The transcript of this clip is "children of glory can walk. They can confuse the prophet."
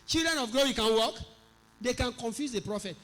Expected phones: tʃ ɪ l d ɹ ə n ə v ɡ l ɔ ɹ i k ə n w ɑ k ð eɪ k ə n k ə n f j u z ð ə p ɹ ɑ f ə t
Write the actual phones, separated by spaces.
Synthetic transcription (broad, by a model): tʃ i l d ɹ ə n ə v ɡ ɔ w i k ə n w ɑ k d eɪ k ə n k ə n f j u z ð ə p ɹ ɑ f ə t